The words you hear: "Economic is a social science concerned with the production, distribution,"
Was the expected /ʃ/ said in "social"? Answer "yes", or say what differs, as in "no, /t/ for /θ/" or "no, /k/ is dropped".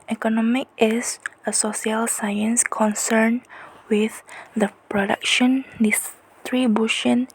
no, /s/ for /ʃ/